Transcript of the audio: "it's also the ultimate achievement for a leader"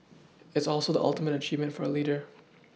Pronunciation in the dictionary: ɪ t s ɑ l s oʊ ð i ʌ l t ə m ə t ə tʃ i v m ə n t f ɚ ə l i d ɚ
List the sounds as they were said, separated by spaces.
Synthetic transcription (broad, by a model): ɪ t s ɑ l s oʊ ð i ʌ l t ə m ə t ə tʃ i v m ə n t f ɚ ə l i d ɚ